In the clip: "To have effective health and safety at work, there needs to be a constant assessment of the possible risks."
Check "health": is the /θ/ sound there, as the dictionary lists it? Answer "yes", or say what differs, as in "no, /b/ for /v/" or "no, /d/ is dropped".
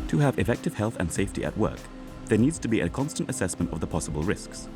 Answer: yes